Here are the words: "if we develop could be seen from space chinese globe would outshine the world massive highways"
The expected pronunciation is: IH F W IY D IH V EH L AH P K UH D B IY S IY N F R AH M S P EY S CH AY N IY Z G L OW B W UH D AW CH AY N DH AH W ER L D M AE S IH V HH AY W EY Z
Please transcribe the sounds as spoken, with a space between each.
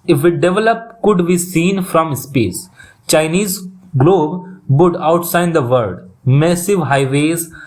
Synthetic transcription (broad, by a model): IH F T D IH V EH L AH P K UH D B IY S IY N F R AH M S P EY S CH AY N IY Z G L OW B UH D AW S AY N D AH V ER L D M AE S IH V HH AY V EY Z